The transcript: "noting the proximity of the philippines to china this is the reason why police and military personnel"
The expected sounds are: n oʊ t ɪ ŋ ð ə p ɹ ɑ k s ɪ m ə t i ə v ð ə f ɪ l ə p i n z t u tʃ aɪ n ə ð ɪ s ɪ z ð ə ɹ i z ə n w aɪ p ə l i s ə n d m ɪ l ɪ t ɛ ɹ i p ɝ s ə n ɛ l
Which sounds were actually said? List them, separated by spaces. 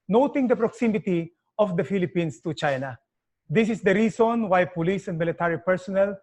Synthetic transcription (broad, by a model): n oʊ t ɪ ŋ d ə p ɹ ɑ k s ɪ m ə t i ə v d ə f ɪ l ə p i n s t u tʃ aɪ n ə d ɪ s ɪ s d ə ɹ i s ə n w aɪ p ə l i s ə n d m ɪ l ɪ t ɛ ɹ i p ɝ s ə n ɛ l